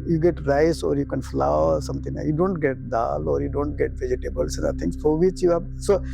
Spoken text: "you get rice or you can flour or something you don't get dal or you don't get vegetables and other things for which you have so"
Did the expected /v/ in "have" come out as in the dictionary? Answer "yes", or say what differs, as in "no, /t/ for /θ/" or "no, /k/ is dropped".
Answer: no, /b/ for /v/